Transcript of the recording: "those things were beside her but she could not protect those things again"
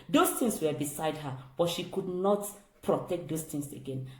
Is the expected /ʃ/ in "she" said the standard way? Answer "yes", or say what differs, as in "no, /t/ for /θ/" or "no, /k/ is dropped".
yes